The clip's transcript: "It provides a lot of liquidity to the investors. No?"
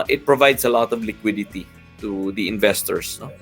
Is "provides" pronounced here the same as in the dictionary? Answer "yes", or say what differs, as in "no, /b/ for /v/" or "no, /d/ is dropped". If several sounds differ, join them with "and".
no, /s/ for /z/